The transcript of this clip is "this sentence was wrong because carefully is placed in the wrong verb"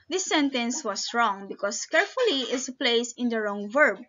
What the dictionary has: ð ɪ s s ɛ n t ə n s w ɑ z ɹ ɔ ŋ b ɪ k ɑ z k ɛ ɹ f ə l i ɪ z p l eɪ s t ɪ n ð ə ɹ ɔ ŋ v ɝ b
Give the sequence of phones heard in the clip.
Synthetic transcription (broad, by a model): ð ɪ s s ɛ n t ə n s w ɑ s ɹ ɔ ŋ b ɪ k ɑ s k ɛ ɹ f ə l i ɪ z p l eɪ s ɪ n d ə ɹ ɔ ŋ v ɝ b